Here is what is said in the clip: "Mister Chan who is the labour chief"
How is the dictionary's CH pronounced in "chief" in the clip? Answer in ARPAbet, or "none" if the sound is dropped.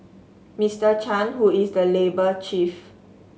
CH